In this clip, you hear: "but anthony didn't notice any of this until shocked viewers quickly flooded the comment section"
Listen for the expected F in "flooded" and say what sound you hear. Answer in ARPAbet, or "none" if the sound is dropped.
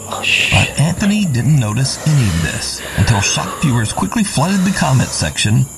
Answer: F